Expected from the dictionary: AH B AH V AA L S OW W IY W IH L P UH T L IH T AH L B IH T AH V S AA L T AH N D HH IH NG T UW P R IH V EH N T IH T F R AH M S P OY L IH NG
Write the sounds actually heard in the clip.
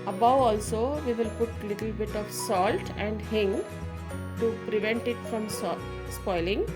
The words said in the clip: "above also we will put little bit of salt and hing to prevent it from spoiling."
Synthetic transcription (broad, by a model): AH B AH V AA L S OW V IY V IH L P UH T L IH T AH L B IH T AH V S AA L T AH N D HH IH NG T UW P R IH V EH N T IH T F R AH M S P OY L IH NG